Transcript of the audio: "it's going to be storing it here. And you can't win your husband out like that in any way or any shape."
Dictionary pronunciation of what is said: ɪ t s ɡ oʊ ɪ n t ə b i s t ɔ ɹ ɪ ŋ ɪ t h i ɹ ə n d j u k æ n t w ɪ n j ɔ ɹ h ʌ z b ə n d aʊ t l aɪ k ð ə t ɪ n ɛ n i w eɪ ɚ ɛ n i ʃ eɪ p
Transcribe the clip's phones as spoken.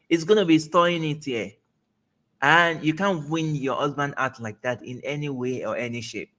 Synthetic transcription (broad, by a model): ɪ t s ɡ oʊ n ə b i s t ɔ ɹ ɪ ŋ ɪ t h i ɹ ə n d j u k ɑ n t w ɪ n j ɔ h ʌ z b ə n d aʊ t l aɪ k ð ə t ɪ n ɛ n i w eɪ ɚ ɛ n i ʃ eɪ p